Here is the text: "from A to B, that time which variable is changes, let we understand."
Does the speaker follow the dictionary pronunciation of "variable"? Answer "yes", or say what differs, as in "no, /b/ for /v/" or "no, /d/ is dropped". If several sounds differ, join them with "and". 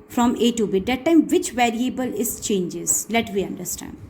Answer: yes